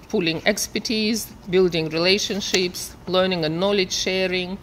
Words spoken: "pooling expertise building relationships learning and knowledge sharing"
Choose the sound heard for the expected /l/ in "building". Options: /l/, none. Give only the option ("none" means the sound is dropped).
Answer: /l/